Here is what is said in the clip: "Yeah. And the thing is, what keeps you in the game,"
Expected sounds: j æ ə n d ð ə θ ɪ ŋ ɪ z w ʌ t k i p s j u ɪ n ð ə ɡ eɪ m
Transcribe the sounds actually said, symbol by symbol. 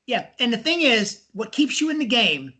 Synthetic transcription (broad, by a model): j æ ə n ð ə θ ɪ ŋ ɪ z w ʌ t k i p s j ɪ ɪ n ð ə ɡ eɪ m